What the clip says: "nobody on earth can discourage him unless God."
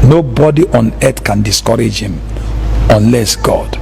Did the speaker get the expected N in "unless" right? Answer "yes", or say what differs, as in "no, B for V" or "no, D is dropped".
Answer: yes